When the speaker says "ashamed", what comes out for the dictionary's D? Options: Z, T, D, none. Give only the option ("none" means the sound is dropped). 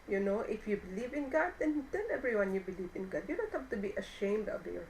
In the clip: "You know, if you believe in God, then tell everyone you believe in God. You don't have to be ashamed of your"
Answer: D